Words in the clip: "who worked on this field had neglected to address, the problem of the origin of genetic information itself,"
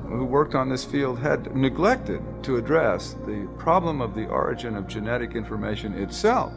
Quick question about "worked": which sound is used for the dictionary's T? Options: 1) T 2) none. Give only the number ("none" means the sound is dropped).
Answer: 1